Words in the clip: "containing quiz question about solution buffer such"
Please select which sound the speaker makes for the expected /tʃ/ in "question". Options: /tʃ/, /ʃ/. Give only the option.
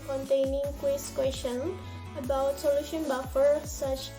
/ʃ/